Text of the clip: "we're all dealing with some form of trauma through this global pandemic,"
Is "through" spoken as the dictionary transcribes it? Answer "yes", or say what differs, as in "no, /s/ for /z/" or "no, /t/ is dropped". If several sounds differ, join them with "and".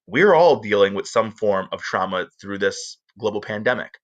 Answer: yes